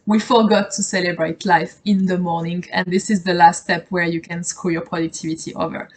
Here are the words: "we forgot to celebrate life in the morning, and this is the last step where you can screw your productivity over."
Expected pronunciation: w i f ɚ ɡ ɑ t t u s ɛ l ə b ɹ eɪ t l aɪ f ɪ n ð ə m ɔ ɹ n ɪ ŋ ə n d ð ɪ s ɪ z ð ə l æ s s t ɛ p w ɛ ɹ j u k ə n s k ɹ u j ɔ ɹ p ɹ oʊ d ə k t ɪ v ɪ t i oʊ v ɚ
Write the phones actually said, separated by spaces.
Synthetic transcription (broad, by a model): w i f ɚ ɡ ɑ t t u s ɛ l ə b ɹ eɪ t l aɪ f ɪ n ð ə m ɔ ɹ n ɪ ŋ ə n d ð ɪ s ɪ z ð ə l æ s s t ɛ p w ɛ ɹ j u k ə n s k u j ɔ ɹ p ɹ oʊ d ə k t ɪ v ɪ t i oʊ v ɚ